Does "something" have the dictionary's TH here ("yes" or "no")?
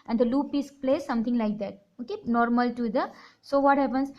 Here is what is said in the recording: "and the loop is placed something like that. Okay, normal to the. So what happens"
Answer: no